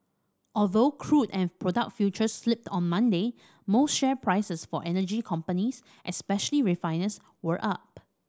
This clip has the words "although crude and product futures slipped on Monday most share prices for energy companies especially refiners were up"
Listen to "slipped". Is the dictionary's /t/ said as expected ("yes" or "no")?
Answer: yes